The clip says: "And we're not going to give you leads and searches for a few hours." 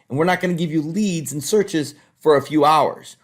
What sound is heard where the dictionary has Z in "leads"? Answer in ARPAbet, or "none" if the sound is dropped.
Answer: Z